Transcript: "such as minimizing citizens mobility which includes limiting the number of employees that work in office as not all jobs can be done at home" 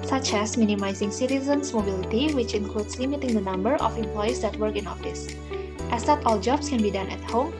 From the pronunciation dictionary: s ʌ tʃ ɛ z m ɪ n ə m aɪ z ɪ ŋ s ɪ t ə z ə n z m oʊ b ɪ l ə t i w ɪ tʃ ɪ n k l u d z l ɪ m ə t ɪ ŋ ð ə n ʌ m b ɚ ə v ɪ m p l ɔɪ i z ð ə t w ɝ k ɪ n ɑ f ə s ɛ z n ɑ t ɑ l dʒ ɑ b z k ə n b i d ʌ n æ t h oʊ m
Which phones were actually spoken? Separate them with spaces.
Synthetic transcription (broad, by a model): s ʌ tʃ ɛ s m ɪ n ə m aɪ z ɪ ŋ s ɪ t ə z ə n s m oʊ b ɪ l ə t i w ɪ tʃ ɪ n k l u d s l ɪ m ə t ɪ ŋ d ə n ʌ m b ɚ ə f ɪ m p l ɔɪ i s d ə t w ɝ k ɪ n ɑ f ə s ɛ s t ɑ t ɑ l dʒ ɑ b s k ə n b i d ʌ n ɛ t h oʊ m